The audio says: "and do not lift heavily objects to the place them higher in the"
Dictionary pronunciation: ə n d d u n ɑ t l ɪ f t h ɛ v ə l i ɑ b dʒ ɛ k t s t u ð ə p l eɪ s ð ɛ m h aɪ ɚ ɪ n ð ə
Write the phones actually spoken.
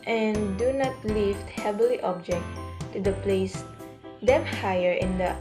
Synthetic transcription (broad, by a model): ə n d d u n ɑ t l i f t h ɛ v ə l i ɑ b dʒ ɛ k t t u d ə p l eɪ s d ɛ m h aɪ ɚ ɪ n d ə